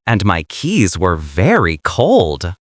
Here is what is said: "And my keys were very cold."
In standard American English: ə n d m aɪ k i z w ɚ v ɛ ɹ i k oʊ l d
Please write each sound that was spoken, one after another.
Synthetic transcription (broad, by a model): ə n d m aɪ k i z w ɚ v ɛ ɹ i k oʊ l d